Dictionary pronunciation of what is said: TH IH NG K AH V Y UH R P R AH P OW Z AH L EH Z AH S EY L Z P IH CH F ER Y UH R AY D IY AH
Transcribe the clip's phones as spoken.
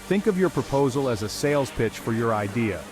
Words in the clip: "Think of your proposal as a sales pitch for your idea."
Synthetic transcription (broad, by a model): TH IH NG K AH V Y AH R P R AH P OW Z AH L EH Z AH S EY L Z P IH CH F ER Y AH R AY D IY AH